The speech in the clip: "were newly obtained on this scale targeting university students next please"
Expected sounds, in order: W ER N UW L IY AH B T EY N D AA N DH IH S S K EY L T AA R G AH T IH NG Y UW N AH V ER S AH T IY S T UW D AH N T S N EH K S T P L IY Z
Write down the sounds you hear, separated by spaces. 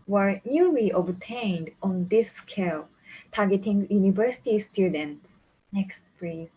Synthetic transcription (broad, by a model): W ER N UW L IY AH B T EY N D AA N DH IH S S K EY L T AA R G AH T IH NG Y UW N AH V ER S AH T IY S T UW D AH N T S N EH K S T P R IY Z